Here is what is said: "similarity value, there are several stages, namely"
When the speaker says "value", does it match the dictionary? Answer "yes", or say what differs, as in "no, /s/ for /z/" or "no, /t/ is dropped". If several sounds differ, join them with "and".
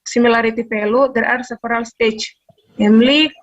no, /p/ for /v/